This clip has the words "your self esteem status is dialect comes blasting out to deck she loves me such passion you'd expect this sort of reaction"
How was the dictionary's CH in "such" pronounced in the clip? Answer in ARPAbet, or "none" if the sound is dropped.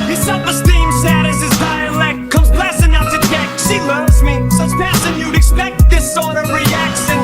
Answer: S